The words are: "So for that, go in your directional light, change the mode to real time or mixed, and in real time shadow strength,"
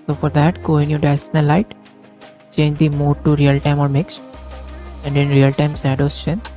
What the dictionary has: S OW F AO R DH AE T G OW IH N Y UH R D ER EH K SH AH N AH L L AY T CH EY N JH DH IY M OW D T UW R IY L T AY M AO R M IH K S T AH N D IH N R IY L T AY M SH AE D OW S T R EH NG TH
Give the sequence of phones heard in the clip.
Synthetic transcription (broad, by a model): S OW F AO R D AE T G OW IH N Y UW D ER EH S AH N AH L L AY T CH EY N JH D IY M OW D T UW R IY L T AY M AO R M IH K S T AH N D IH N R IY L T AY M S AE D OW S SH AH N